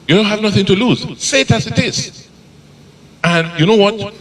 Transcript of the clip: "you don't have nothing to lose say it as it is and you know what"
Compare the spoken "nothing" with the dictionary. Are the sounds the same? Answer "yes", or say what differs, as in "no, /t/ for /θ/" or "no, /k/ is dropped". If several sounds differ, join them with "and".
yes